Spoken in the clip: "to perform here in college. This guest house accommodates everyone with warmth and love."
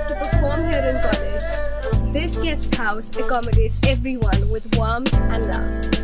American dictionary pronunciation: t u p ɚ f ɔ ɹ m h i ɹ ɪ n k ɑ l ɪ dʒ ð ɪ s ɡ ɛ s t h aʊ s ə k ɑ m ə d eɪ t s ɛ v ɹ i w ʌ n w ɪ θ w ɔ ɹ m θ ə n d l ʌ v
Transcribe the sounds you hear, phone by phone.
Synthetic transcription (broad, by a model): t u p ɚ f ɔ ɹ m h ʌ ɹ ɪ n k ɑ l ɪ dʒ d ɪ s ɡ ɛ s t h aʊ s ə k ɑ m ə d eɪ t s ɛ v ɹ i w ʌ n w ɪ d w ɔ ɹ m ə n d l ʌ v